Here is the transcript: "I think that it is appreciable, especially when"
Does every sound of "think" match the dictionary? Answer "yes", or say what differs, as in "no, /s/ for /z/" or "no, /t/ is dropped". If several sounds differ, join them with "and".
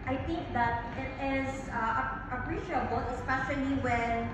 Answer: yes